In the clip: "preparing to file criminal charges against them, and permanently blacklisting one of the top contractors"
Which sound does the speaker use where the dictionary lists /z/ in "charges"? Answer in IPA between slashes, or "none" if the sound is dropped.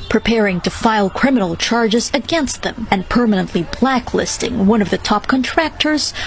/z/